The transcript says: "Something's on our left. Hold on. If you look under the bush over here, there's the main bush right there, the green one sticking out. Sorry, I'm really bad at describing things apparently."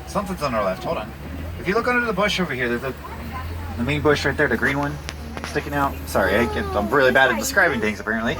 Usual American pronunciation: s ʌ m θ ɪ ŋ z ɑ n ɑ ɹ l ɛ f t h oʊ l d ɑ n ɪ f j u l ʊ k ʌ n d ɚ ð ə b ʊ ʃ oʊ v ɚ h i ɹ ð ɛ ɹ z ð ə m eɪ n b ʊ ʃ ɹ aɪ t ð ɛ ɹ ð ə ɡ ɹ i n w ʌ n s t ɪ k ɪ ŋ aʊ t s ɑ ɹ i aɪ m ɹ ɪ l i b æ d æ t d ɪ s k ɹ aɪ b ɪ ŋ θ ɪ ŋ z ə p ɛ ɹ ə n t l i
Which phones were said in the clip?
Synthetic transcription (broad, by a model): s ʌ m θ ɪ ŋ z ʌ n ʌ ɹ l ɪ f t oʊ d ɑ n ɪ f j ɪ l ʊ k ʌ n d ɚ ð ə b ʊ ʃ oʊ v ɚ h i ɹ ð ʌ ɹ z ð ə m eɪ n b ʊ ʃ ɹ aɪ t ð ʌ ɹ ð ə ɡ ɹ i n w ʌ n s t ɪ k ɪ ŋ aʊ t s ɑ ɹ i aɪ m ɹ ɪ l i b æ d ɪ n d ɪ s k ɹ aɪ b ɪ ŋ θ ɪ ŋ z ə p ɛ ɹ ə n t l i